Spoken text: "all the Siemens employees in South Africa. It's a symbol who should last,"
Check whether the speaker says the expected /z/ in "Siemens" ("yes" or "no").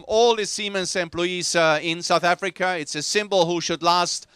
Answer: no